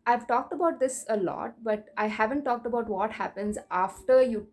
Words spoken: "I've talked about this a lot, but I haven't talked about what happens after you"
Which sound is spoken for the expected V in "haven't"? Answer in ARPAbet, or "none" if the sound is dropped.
V